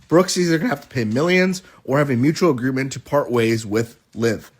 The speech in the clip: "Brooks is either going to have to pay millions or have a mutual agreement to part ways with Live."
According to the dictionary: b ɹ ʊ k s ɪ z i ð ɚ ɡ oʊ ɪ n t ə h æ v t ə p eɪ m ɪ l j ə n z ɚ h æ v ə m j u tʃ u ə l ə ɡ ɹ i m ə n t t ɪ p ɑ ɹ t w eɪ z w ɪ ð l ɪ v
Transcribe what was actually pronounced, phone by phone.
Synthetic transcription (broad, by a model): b ɹ ʊ k s ɪ z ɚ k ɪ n h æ f t ə p eɪ m ɪ l j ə n z ɚ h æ v ə m j u tʃ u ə l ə ɡ ɹ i m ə n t t ɪ p ɑ ɹ t w eɪ z w ɪ ð l ɪ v